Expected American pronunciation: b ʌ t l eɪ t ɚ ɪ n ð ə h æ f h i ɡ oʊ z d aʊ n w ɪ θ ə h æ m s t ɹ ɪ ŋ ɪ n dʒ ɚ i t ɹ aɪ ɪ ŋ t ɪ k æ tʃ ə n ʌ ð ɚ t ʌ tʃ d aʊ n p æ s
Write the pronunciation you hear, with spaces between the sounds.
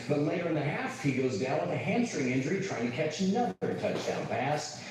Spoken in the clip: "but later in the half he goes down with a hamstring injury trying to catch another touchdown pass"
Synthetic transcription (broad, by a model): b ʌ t l eɪ t ɚ ɪ n ð ə h æ f h i ɡ oʊ z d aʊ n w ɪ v ə h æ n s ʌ ɹ ɪ ŋ ɪ n dʒ ɚ i t ɹ aɪ ɪ ŋ t ɪ k æ tʃ ə n ʌ ð ɚ t ʌ tʃ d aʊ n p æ s